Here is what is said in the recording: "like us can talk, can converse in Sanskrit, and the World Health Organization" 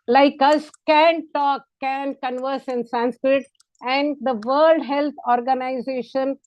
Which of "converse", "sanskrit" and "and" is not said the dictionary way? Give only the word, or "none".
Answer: none